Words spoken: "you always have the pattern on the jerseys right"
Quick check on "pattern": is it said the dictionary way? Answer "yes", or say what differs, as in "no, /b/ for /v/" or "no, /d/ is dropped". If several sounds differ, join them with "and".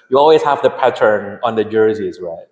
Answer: yes